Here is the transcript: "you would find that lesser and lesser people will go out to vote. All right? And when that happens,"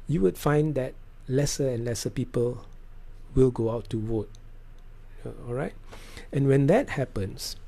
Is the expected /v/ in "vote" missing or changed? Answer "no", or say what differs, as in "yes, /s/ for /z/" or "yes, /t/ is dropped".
yes, /w/ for /v/